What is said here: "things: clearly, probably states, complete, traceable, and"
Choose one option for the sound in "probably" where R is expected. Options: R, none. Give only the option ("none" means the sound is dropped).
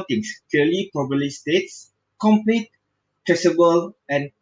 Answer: none